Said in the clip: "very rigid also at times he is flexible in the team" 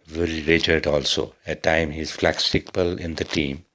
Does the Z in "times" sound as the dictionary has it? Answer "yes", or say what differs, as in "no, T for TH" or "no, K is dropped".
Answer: no, Z is dropped